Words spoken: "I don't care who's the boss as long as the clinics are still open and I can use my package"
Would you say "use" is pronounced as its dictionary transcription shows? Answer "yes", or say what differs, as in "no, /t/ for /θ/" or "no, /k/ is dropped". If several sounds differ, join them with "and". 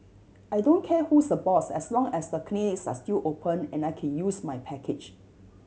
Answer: yes